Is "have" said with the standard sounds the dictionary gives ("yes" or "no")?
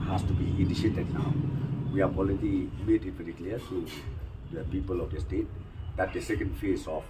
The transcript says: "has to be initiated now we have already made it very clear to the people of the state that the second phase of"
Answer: no